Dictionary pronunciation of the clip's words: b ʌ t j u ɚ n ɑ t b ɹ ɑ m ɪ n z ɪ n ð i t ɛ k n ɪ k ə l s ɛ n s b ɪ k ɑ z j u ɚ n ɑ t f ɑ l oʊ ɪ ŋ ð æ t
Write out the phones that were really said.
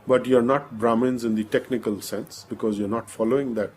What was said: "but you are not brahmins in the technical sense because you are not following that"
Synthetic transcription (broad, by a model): b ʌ t j u ɚ n ɑ t b ɹ ɑ m ɪ n z ɪ n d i t ɛ k n ɪ k ə l s ɛ n s b ɪ k ɑ z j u ɚ n ɑ t f ɑ l oʊ ɪ ŋ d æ t